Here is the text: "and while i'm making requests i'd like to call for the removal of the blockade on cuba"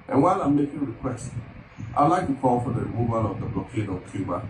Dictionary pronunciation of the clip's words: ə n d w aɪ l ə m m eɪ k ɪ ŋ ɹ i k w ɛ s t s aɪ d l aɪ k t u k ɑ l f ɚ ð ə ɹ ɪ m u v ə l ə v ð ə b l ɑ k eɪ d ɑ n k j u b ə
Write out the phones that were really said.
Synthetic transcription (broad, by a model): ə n w aɪ l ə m m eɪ k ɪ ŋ ɹ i k w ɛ s t aɪ l aɪ k t u k ɑ l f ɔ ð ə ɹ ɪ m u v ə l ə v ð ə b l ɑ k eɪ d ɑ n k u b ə